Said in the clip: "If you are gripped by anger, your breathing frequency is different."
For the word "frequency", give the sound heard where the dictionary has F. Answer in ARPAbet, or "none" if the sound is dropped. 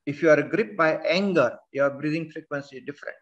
F